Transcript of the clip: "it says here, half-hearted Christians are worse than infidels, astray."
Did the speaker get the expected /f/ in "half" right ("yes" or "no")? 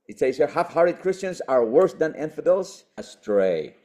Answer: yes